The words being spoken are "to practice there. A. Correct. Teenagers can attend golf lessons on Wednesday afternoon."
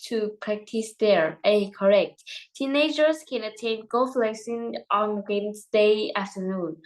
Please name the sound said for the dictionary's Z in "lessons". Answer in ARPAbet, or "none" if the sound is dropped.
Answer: none